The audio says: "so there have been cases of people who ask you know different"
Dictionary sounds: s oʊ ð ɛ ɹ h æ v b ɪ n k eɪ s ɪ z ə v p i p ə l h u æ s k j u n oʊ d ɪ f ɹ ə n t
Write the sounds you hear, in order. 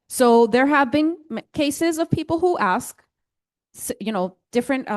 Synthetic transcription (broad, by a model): s oʊ ð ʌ ɹ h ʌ v b ɪ n k eɪ s ɪ z ə v p i p l h u æ s k j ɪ n oʊ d ɪ f ɹ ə n t